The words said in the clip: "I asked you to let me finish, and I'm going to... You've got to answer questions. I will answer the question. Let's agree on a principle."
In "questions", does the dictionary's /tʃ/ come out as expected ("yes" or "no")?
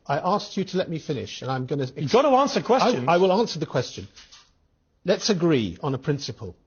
no